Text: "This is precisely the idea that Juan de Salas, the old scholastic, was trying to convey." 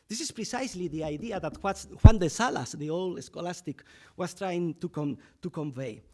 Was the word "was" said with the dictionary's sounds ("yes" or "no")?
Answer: no